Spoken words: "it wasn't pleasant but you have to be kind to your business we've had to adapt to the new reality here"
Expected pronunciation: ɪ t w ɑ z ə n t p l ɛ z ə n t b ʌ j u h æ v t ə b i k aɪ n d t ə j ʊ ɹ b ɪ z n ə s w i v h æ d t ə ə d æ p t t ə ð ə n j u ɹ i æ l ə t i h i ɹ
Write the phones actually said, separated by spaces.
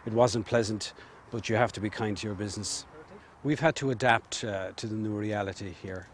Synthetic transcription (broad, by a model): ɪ t w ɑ z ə n p l ɛ z ə n t b ʌ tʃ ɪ h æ f t ə b i k aɪ n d t ə j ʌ ɹ b ɪ z n ə s w i v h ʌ d t ə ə d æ p t t ə ð ə n j u ɹ i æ l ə t i h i ɹ